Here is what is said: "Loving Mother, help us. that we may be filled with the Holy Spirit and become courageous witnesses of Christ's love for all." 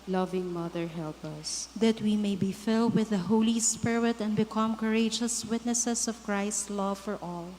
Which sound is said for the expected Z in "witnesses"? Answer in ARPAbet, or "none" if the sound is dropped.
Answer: S